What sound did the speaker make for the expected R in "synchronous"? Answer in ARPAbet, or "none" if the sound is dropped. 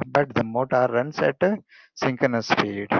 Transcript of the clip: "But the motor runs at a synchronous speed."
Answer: none